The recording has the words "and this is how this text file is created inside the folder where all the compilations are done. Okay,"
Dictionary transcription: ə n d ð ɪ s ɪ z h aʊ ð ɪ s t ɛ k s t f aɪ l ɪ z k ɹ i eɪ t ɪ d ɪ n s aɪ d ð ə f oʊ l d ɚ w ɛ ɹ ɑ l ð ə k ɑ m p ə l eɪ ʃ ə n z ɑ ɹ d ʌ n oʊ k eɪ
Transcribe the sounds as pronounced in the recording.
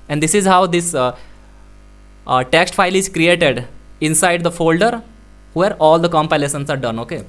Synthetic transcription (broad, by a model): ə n d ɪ s ɪ z h aʊ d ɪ s t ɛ k s t f aɪ l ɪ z k ɹ i eɪ t ɪ d ɪ n s aɪ d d ə f oʊ l d ɚ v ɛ ɹ ɑ l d ə k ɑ m p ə l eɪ s ə n s ɑ ɹ d ʌ n oʊ k eɪ